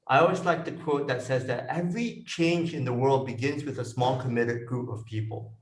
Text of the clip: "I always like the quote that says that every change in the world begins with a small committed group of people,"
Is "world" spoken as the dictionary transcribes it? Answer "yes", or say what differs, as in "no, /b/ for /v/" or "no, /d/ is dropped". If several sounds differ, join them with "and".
yes